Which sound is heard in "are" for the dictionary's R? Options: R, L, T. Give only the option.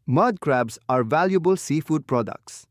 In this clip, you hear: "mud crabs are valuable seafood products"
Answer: R